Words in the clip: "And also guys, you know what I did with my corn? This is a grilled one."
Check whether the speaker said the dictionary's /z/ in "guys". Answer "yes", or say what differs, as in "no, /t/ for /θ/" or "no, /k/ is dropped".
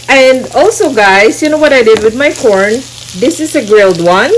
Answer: no, /s/ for /z/